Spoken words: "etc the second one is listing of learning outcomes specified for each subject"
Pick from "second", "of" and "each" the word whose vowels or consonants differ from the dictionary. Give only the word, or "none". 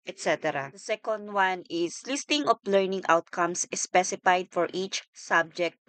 of